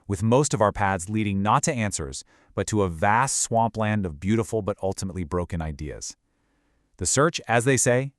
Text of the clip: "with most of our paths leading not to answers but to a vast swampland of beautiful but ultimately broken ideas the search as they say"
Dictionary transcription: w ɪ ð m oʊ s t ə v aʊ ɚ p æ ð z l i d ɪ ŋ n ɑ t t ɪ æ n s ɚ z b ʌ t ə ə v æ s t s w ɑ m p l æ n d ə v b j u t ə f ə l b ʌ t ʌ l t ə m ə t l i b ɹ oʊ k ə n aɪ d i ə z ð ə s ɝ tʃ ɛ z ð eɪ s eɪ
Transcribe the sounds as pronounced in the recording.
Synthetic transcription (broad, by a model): w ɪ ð m oʊ s t ə v aʊ ɚ p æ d z l i d ɪ ŋ n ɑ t t ɪ æ n s ɚ z b ʌ t ə ə v æ s t s w ɑ m p l æ n d ə v b j u t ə f l b ʌ t ʌ l t ə m ə t l i b ɹ oʊ k ə n aɪ d i ə z ð ə s ɝ tʃ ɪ z ð eɪ s eɪ